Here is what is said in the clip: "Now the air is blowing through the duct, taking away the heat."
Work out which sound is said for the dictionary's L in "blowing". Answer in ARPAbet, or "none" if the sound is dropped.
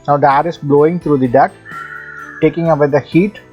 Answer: L